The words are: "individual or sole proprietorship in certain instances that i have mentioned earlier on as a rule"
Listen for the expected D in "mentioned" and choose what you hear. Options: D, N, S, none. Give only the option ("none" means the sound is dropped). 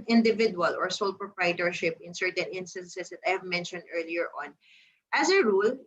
D